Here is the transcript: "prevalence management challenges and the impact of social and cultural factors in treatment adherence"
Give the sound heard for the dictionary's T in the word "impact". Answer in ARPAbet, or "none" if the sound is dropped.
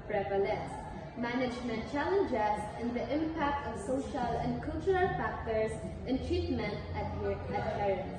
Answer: T